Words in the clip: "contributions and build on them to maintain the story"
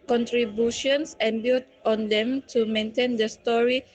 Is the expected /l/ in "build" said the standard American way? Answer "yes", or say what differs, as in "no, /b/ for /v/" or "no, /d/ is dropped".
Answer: no, /l/ is dropped